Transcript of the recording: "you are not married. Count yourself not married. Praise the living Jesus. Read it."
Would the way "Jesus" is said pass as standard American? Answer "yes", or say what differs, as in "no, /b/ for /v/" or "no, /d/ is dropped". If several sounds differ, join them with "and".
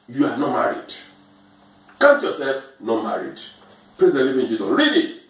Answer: no, /s/ is dropped